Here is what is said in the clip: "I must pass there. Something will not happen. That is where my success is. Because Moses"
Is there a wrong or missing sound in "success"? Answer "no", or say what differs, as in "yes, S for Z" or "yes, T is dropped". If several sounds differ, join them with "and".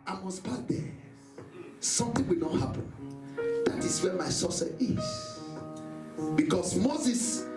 yes, K is dropped and S is dropped